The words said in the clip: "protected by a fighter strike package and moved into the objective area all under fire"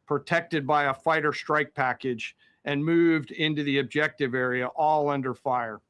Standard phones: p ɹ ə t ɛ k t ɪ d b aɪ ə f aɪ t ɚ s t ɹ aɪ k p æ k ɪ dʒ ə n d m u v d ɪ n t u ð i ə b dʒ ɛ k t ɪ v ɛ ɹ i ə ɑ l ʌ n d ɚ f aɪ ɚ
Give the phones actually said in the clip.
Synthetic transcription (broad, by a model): p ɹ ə t ɛ k t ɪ d b aɪ ə f aɪ t ɚ s t ɹ aɪ k p æ k ɪ dʒ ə n m u v d ɪ n t u ð i ə b dʒ ɛ k t ɪ v ɛ ɹ i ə ɑ l ʌ n d ɚ f aɪ ɚ